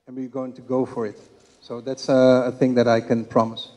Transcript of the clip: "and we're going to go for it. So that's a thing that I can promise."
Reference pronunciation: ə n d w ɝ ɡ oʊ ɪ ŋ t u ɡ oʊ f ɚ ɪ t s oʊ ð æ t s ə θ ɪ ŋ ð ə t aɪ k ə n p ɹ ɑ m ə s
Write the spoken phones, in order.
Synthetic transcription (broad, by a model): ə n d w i ɡ oʊ ɪ ŋ t u ɡ oʊ f ɚ ɪ t s oʊ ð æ t s ə θ ɪ ŋ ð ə t aɪ k ə n p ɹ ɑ m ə s